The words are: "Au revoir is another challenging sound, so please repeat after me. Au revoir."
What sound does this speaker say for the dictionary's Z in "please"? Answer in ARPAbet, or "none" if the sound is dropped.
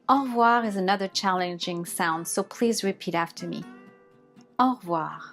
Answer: Z